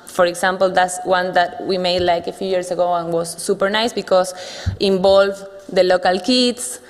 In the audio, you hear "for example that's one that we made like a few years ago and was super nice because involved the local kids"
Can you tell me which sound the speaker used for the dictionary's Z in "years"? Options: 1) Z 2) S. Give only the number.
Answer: 2